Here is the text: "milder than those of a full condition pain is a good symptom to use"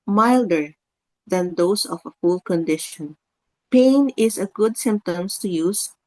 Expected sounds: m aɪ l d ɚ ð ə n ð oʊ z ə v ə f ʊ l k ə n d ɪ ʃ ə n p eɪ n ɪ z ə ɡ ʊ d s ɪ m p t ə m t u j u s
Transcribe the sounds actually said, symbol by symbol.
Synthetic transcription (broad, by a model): m aɪ l d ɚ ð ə n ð oʊ s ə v ə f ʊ l k ə n d ɪ ʃ ə n p eɪ n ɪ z ə ɡ ʊ d s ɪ m p t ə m t u j u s